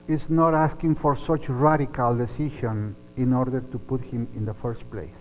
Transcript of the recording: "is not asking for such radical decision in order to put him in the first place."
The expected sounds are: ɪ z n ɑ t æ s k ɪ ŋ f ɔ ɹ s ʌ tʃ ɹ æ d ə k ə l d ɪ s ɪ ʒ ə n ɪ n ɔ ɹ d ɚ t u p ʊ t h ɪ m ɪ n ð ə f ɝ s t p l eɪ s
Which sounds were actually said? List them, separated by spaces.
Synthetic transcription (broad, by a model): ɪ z n ɑ t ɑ s k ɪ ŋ f ɔ ɹ s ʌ tʃ ɹ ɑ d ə k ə l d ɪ s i ʃ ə n ɪ n ɔ ɹ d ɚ t u p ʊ t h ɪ m ɪ n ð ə f ɝ s t p l eɪ s